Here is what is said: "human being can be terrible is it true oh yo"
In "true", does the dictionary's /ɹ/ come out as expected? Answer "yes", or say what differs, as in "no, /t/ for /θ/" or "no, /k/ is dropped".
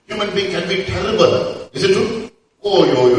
no, /ɹ/ is dropped